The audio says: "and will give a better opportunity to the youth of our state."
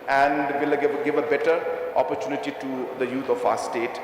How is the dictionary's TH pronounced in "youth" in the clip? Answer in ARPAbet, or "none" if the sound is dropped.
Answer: T